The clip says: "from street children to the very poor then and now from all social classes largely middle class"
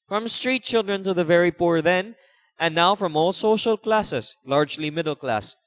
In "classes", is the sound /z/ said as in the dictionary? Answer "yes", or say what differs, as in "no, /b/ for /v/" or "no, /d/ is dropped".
no, /s/ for /z/